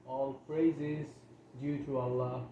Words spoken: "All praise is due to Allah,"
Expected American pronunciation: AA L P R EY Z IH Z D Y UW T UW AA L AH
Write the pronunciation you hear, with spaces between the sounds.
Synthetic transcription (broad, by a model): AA L F R EY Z IH Z D Y UW T UW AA L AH